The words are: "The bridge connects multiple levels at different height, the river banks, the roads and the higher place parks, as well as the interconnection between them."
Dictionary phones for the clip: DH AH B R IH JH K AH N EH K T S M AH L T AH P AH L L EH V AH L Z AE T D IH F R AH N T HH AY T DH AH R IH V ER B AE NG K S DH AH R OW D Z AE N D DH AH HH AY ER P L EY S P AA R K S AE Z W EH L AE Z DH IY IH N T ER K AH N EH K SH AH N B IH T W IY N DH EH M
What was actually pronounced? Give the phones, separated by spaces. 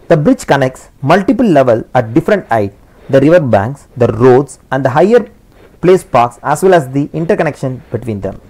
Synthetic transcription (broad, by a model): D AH B R IH JH K AH N EH K T S M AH L T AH P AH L L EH V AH L AE T D IH F R AH N T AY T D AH R IH V ER B AE NG K S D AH R OW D S AE N D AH HH AY ER P L EY S P AA R K S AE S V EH L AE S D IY IH N T ER K AH N EH K SH AH N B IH T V IY N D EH M